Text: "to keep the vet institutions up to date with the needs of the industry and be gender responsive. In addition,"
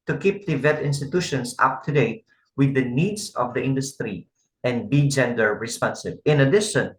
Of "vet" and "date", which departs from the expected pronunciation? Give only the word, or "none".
none